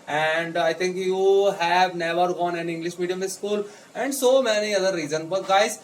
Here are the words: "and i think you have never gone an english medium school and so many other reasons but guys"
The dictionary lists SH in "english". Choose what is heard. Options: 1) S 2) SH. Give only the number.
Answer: 2